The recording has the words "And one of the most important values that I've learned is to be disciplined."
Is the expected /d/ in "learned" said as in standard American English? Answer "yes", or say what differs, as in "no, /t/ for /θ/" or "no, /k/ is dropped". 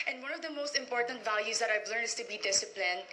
no, /d/ is dropped